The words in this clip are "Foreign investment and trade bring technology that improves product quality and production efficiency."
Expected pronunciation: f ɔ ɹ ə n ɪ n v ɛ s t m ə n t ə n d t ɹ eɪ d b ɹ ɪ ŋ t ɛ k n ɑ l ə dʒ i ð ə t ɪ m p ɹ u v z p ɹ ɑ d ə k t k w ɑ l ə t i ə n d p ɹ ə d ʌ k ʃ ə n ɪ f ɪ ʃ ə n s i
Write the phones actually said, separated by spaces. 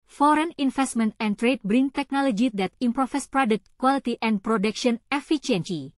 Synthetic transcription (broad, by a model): f ɔ ɹ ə n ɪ n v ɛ s t m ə n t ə n t ɹ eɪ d b ɹ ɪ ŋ t ɛ k n ɑ l ə dʒ i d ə t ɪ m p ɹ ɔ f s p ɹ ɑ d ə k t k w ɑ l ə t i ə n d p ɹ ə d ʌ k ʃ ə n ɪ f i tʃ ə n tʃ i